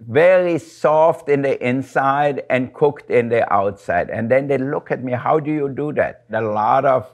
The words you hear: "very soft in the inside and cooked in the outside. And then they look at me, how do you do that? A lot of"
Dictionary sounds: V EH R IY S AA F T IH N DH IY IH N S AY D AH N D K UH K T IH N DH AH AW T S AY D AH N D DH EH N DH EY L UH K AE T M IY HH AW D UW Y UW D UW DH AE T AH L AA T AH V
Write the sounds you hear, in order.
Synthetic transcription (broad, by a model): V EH R IY S AA F T IH N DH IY IH N S AY D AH N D K UH K T IH N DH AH AW T S AY D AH N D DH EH N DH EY L UH K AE T M IY HH AW D UW Y UW D UW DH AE T AH L AA T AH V